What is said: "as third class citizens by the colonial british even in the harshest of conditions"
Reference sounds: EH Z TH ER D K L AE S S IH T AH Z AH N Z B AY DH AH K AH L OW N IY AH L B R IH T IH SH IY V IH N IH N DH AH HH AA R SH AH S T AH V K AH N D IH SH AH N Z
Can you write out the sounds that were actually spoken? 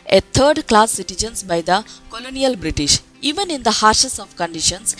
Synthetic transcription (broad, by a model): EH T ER D K L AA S S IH T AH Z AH N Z B AY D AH K AH L OW N IY AH L B R IH T IH SH IY V IH N IH N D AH HH AA R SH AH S AH V K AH N D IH SH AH N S